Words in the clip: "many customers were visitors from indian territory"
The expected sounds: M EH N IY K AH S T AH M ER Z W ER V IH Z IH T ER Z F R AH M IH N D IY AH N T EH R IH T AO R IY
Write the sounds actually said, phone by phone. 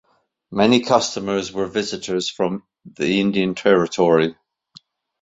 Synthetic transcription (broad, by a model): M EH N IY K AH S T AH M ER Z W ER V IH Z IH T ER Z F R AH M IH N D IY AH N T EH R IH T AO R IY